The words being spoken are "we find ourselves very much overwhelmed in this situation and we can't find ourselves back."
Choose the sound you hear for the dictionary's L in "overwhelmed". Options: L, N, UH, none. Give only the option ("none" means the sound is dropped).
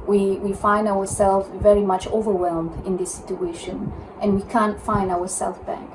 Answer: L